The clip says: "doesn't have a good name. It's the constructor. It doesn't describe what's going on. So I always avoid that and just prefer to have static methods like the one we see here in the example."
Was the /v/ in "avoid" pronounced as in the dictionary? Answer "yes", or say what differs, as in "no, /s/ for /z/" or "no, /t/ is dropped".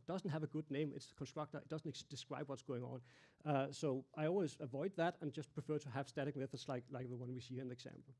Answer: yes